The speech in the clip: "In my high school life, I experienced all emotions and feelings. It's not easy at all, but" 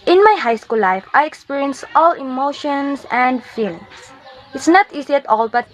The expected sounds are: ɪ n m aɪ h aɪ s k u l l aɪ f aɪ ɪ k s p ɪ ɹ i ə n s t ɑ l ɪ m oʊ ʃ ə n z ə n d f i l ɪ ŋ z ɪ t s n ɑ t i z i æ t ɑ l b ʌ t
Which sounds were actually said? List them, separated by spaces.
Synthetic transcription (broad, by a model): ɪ n m aɪ h aɪ s k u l l aɪ f aɪ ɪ k s p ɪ ɹ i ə n s t ɑ l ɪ m oʊ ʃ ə n s ə n d f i l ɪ ŋ s ɪ t s n ɑ t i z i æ t ɑ l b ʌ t